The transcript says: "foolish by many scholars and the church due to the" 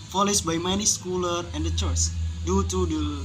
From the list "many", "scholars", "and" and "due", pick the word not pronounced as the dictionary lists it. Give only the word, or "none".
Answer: scholars